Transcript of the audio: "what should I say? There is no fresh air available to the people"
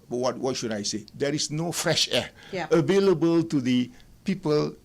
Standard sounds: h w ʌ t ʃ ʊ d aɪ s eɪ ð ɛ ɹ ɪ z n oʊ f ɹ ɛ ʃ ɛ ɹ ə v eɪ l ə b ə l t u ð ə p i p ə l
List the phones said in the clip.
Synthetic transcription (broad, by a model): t w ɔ t ʃ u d aɪ s eɪ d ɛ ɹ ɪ s n oʊ f ɹ ɛ ʃ ɛ ə v eɪ l ə b ə l t u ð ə p i p ə l